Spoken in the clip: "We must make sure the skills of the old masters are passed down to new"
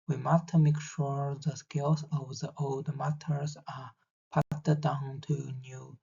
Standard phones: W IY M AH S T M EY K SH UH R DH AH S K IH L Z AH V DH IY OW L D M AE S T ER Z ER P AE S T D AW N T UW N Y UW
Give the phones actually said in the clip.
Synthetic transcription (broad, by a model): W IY M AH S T M EY K SH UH R DH AH S K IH L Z AH V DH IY OW L D M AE T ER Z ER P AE T D AW N T UW N Y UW